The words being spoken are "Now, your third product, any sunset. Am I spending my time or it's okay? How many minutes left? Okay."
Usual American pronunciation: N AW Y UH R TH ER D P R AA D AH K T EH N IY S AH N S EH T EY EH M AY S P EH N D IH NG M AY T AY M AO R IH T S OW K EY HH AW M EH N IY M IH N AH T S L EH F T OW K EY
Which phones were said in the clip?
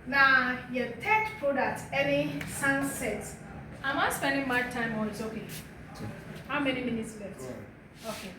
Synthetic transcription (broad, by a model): N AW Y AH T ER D P R AA D AH K T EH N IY S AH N S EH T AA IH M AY S P EH N D IH NG M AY T AY M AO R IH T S OW K EY HH AW M EH N IY M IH N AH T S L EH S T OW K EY